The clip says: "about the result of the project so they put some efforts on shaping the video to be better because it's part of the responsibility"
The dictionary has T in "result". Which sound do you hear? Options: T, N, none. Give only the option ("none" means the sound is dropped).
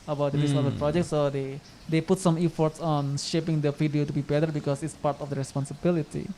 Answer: none